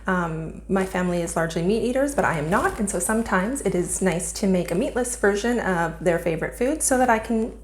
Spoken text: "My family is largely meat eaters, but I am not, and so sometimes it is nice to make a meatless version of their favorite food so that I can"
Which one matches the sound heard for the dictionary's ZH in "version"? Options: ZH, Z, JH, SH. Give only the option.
ZH